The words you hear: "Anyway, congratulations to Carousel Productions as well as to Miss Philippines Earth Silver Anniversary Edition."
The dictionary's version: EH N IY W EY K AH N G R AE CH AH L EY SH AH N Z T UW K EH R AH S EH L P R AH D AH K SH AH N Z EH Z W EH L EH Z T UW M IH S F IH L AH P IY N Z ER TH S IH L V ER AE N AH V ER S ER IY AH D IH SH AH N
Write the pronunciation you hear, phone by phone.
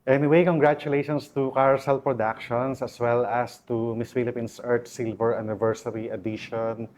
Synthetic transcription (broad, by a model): EH N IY W EY K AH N G R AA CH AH L EY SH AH N S T UW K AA R S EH L P R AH D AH K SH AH N S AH S W EH L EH S T UW M IH S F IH L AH P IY N S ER T S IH L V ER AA N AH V ER S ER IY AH D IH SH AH N